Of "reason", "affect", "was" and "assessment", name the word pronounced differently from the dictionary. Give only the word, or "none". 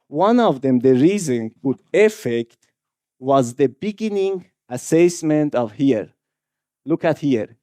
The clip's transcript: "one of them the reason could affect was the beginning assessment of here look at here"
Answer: none